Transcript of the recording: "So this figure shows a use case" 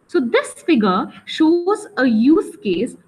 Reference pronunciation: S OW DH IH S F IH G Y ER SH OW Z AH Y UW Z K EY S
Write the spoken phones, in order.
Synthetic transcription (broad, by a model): S OW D IH S F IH G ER SH OW Z AH Y UW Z K EY S